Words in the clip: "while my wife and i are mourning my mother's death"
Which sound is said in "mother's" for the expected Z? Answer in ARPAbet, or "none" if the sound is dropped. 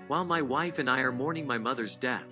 Z